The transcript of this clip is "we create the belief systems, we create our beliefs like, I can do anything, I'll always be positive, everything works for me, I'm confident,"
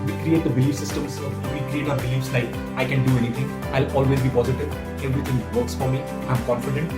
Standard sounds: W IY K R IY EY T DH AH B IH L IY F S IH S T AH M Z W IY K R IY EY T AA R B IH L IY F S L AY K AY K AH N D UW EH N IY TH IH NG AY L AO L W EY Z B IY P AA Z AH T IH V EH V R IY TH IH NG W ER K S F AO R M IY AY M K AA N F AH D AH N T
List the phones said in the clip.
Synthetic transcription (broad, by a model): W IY K R IY EY T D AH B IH L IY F S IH S T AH M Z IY K R IY EY T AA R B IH L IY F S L AY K AY K AH N D UW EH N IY T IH NG AY L AO L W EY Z B IY P AA Z AH T IH V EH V R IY T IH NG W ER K S F AO R M IY AY M K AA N F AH D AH N T